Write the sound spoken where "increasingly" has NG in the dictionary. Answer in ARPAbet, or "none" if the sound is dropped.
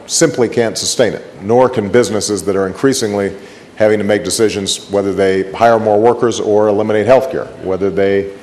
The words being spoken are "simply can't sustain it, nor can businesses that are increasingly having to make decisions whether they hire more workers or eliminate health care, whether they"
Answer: NG